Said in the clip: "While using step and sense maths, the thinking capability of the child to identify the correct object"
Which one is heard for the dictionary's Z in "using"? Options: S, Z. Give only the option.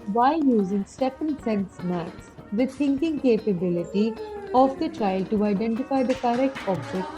Z